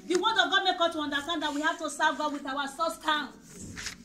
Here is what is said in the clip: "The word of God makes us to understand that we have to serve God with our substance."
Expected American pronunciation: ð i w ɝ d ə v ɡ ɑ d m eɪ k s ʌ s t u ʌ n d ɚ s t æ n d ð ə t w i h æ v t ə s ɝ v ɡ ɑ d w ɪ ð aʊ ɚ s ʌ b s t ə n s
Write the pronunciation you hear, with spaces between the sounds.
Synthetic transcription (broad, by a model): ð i w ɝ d ə v ɡ ɑ d m eɪ k ɔ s t u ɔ n d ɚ s t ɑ n d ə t w i h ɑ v t ə s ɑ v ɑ w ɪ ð aʊ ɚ s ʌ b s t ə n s